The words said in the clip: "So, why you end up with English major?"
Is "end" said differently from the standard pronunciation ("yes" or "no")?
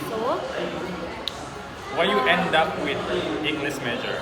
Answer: no